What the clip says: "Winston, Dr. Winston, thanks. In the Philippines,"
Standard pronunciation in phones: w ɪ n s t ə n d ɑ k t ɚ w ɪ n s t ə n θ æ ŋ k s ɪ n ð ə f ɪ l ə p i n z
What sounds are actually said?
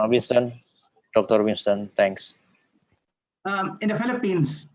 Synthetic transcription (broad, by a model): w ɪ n s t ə n d ɑ k t ɚ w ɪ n s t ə n t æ ŋ k s ɪ n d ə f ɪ l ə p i n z